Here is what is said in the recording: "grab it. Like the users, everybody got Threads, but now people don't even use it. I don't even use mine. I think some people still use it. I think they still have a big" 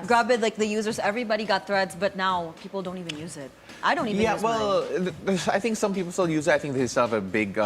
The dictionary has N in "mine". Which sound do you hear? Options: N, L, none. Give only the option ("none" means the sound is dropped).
L